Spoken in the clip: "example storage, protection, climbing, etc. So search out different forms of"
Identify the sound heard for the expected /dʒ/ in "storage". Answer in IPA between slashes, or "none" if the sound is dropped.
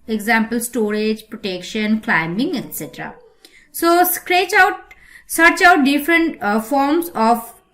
/dʒ/